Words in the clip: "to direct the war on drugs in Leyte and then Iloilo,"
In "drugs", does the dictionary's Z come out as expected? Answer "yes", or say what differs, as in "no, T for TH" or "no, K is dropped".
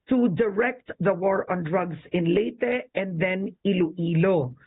no, S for Z